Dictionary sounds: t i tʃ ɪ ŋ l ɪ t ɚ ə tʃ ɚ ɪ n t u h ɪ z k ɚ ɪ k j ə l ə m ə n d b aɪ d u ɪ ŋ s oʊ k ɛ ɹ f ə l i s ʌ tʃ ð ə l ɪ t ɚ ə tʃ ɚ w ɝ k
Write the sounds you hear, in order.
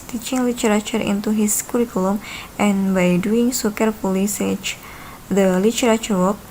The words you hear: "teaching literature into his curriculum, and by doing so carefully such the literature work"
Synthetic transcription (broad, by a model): t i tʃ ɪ ŋ l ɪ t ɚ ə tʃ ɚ ɪ n t u h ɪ s k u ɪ k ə l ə m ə n b aɪ d u ɪ ŋ s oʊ k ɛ ɹ p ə l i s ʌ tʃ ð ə l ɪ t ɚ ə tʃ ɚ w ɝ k